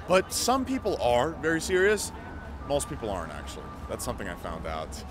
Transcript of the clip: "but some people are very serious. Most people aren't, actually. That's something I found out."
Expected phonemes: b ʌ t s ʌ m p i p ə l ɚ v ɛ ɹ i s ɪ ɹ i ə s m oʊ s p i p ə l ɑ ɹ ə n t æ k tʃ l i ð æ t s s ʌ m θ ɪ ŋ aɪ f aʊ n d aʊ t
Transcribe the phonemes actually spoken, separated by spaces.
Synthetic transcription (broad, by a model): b ʌ t s ʌ m p i p l ɚ v ɛ ɹ i s ɪ ɹ i ə s m oʊ s p i p l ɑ ɹ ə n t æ k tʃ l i ð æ t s s ʌ m θ ɪ ŋ aɪ f aʊ n d aʊ t